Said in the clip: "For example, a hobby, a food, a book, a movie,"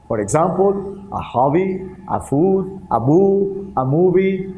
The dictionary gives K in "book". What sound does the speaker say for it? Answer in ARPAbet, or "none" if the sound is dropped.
none